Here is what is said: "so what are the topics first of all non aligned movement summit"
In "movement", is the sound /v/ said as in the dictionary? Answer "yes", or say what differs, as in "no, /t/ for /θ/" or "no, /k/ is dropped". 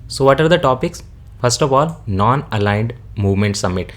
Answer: yes